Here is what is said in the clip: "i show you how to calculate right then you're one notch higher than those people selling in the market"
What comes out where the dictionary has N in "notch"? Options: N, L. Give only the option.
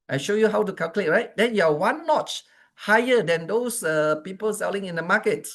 L